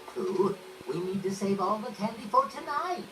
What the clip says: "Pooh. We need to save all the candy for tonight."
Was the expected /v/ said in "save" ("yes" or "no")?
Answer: yes